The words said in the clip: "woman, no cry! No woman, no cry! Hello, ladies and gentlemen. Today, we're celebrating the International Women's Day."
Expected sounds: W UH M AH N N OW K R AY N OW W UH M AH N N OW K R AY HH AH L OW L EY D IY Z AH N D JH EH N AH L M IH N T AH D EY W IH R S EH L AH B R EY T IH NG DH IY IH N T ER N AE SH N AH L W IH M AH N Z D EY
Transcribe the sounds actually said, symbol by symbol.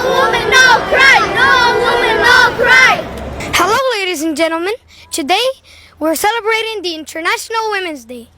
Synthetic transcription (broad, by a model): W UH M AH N N OW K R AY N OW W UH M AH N N OW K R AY HH AH L OW L EY D IY Z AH N JH EH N L M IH N T AH D EY W IH R S EH L AH B R EY T IH NG DH IY IH N T ER N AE SH N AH L W IH M AH N Z D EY